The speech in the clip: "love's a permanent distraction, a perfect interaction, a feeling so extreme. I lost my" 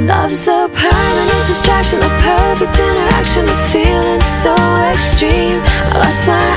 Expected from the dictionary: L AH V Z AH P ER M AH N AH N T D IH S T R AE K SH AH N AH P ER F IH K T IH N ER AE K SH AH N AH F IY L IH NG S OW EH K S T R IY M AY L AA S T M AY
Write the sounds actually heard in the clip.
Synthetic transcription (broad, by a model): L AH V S AH P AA AH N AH D IH S T R AE K SH AH N AH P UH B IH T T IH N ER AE K SH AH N AH F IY L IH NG S OW EH K S T R IY M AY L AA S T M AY